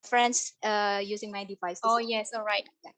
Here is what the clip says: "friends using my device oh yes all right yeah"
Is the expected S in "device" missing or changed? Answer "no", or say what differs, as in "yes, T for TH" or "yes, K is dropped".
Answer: no